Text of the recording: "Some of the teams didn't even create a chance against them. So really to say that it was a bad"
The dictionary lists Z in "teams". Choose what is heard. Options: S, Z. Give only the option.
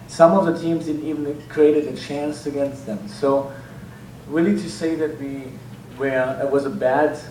Z